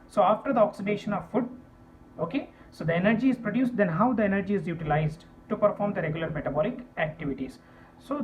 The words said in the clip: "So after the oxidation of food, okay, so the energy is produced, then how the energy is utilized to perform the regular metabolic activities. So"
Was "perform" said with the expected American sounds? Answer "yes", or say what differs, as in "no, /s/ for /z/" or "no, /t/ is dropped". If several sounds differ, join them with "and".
yes